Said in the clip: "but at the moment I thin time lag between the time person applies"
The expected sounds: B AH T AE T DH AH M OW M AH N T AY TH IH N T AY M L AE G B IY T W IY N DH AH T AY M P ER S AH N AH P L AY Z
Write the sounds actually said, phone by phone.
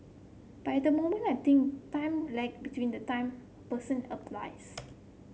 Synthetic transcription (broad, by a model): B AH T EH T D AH M OW M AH N AY T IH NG T AY M L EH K B IY T W IY N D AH T AY M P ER S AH N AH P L AY S